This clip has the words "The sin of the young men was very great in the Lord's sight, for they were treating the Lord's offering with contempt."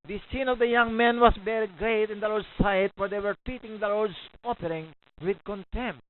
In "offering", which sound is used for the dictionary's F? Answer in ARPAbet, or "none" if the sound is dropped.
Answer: P